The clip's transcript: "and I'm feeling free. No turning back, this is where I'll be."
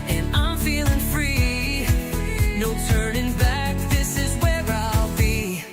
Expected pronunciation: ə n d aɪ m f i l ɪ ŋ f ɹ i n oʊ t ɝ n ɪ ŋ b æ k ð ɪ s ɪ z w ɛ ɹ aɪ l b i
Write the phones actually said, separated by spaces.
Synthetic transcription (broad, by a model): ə n aɪ m f i l ɪ ŋ f ɹ i n oʊ t ɝ n ɪ ŋ b æ k ð ɪ s ɪ z w ɛ ɹ aɪ l b i